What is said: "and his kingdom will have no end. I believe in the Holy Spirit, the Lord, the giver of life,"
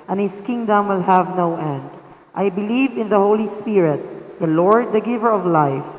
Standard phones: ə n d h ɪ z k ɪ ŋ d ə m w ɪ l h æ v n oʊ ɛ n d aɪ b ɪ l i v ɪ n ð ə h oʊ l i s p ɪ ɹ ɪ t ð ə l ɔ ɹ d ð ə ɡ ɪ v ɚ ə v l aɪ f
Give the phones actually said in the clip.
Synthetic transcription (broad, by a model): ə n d h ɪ s k ɪ ŋ d ə m w ɪ l h æ v n oʊ ɛ n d aɪ b ɪ l i v ɪ n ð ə h oʊ l i s p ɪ ɹ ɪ t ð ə l ɔ ɹ d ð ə ɡ ɪ v ɚ ə v l aɪ f